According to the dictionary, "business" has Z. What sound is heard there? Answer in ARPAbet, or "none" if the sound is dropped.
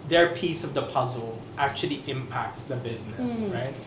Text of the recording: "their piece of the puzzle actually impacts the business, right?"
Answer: Z